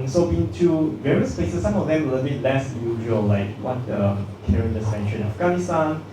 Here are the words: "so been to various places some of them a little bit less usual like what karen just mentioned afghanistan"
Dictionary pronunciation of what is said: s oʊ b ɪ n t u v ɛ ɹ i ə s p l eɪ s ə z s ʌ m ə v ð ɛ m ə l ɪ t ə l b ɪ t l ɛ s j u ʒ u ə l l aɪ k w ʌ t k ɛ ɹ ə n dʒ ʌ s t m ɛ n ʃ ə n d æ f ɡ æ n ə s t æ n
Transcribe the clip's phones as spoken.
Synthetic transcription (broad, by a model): s oʊ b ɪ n t u v ɛ ɹ i ə s p l eɪ s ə s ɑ m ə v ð ɛ m ə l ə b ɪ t l ɛ s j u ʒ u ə l l aɪ k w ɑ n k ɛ ɹ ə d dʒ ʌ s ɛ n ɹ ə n æ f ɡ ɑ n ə s t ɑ n